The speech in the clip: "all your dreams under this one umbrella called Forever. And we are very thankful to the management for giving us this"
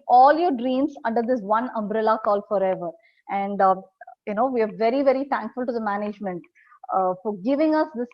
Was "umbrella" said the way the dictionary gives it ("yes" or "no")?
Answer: yes